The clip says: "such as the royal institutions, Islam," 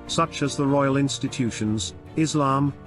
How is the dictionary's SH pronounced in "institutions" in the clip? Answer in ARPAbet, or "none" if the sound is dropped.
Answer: SH